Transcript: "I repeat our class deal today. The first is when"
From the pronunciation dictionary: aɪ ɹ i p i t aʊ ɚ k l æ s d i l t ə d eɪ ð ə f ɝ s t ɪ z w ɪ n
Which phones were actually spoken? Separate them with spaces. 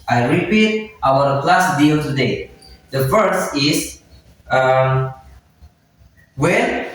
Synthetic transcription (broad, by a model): aɪ ɹ i p i t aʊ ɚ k l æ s d i l t ə d eɪ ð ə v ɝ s ɪ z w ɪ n